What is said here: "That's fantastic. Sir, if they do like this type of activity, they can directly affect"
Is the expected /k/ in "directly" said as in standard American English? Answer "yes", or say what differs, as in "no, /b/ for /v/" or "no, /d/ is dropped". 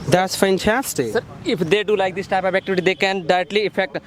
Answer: no, /k/ is dropped